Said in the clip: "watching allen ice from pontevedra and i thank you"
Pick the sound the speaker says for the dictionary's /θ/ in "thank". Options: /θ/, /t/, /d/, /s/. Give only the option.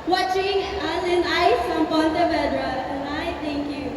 /t/